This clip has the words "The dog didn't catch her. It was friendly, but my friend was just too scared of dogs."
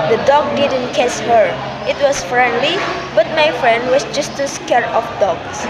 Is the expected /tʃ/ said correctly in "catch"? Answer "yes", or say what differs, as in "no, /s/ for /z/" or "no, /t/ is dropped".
no, /s/ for /tʃ/